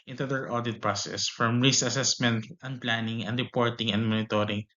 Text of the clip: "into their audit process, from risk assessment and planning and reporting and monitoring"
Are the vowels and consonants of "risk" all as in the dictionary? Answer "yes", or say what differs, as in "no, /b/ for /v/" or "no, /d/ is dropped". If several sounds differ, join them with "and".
no, /k/ is dropped